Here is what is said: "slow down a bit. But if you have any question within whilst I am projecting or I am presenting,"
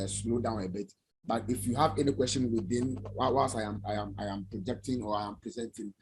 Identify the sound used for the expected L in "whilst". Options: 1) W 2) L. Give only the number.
1